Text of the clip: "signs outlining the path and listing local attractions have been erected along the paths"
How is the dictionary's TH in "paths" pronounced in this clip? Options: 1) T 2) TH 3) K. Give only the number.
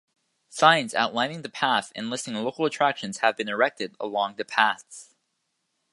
2